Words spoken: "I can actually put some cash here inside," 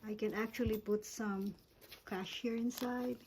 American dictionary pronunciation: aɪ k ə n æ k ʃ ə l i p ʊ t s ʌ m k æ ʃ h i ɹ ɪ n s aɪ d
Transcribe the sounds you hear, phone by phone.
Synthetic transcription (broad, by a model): aɪ k ə n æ k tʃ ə l i p ʊ t s ʌ m k æ ʃ h i ɹ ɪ n s aɪ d